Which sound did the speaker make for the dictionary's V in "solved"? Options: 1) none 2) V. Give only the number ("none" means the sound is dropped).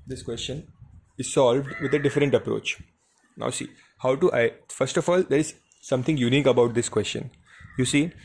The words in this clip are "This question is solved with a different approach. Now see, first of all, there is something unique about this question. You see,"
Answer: 2